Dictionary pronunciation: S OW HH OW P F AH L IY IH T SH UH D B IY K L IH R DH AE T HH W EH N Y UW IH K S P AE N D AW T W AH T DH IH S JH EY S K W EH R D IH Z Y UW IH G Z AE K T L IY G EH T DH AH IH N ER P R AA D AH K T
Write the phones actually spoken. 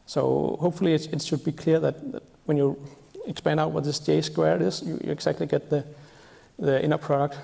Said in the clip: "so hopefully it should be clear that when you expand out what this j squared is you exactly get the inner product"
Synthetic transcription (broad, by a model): S OW HH OW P F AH L IY IH T SH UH D B IY K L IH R DH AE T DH W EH N Y UW IH K S P AE N D AW T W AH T DH IH S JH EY S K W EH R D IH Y Y UW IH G S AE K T L IY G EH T DH AH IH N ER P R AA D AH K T